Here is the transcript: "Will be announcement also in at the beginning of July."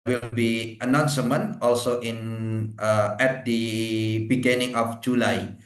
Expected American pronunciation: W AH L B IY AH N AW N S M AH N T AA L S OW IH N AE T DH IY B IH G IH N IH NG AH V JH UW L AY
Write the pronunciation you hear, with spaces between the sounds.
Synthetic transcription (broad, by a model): W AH L B IY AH N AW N S M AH N AA L S OW IH N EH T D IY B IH G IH N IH NG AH F JH UW L AY